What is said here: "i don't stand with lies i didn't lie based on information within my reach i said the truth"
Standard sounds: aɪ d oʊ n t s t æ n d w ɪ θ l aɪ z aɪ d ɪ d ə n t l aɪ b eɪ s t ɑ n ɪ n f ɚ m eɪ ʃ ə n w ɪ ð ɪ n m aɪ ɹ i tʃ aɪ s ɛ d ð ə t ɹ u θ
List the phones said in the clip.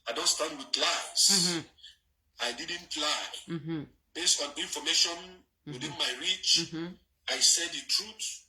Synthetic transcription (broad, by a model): aɪ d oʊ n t s t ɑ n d w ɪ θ l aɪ s aɪ d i d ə n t l aɪ b eɪ s t ɑ n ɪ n f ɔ m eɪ ʃ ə n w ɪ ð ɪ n m aɪ ɹ i tʃ aɪ s ɛ d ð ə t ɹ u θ